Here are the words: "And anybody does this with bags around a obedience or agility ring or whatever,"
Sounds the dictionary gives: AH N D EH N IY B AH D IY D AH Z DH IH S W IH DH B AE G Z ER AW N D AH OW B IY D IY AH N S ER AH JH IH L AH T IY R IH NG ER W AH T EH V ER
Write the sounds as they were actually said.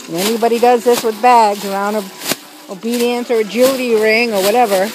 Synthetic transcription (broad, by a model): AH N EH N IY B AH D IY D AH Z DH IH S W IH DH B AE G Z ER AW N D AH OW B IY D IY AH N S ER AH JH IH L AH T IY R IH NG ER W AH T EH V ER